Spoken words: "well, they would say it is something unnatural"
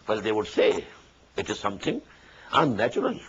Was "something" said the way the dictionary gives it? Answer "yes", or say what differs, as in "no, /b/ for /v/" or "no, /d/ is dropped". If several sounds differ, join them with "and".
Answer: no, /t/ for /θ/